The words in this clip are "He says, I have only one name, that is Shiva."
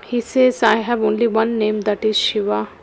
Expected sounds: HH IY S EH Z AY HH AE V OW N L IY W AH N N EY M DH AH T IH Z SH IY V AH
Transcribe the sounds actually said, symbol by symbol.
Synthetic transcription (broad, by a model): HH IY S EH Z AY HH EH B OW N L IY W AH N N EY M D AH T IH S SH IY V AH